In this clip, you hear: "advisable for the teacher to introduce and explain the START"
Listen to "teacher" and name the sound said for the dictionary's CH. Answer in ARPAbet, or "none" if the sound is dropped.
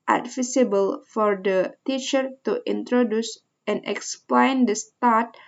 CH